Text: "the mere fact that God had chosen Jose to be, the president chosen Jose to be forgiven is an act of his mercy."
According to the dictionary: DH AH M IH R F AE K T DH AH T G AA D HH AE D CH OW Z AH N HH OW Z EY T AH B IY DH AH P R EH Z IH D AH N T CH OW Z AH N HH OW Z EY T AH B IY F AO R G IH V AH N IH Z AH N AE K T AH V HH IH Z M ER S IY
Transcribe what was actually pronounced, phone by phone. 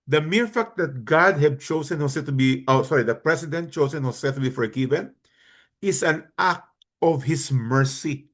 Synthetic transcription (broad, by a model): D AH M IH R F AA K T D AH T G AA D HH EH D CH OW S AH N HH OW S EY T AH B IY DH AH P R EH S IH D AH N T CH OW S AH N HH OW S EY T AH B IY F AO R G IH V AH N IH S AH N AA K T AH V HH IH S M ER S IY